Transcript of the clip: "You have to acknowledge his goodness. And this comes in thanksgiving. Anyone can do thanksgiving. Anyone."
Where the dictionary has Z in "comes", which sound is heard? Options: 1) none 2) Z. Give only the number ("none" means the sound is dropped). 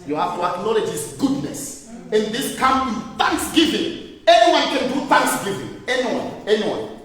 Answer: 1